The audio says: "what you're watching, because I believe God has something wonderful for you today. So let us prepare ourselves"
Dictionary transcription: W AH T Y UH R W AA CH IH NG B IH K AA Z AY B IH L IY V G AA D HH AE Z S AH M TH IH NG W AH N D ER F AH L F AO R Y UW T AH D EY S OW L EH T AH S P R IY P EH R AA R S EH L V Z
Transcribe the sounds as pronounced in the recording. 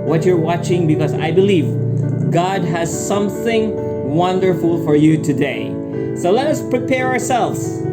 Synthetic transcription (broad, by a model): W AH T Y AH R W AA CH IH NG B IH K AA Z AY B IH L IY V G AA D HH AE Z S AH M TH IH NG W AH N D ER F AH L F AO R Y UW T AH D EY S OW L EH T AH S P R IY P EH R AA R S EH L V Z